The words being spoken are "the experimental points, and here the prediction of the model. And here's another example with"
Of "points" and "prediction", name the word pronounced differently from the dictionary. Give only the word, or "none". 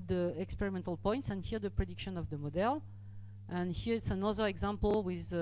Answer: none